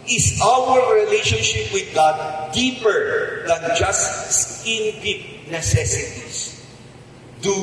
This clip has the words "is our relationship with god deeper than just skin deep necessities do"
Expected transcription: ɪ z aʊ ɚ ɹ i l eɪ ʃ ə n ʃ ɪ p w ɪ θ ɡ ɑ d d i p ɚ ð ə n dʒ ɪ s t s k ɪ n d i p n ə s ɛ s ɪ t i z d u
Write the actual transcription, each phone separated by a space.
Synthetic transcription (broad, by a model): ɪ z aʊ ɚ ɹ i l eɪ ʃ ə n ʃ ɪ p w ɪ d ɡ ɑ d d i p ɚ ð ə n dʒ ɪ s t s ɪ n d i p n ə s ɛ s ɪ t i s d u